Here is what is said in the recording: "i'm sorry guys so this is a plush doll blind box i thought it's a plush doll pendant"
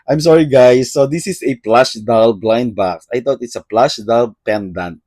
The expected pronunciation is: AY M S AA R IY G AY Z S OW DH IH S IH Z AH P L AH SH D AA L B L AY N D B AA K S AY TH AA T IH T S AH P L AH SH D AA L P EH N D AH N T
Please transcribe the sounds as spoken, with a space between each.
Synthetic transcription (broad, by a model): AY M S AA R IY G AY S OW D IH S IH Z AH P L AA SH D AA L B L AY N D B AA K S AY T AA T IH T S AH P L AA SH D AA L P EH N D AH N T